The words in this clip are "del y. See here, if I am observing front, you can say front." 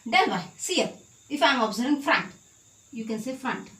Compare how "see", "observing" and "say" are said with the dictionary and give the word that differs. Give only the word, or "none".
observing